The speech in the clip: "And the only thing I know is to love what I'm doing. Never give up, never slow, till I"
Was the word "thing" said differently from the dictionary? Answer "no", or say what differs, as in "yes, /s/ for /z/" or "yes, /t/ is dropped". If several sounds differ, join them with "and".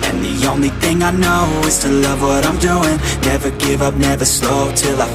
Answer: no